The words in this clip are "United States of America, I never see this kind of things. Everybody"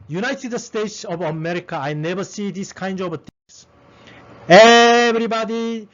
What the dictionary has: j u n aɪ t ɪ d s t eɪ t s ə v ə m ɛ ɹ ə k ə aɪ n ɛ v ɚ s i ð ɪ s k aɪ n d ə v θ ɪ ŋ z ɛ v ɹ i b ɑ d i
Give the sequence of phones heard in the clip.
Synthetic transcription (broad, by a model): j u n aɪ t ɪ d s t eɪ t s ə v ə m ɛ ɹ ə k ə aɪ n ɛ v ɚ s i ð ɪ s k aɪ n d ə v t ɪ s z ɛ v ɹ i b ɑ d i